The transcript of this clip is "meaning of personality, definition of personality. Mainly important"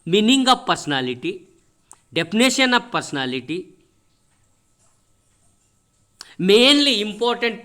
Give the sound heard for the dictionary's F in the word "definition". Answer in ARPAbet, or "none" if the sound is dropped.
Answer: P